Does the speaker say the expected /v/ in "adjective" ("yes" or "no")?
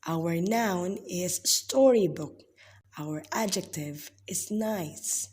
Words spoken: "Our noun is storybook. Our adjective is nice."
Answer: yes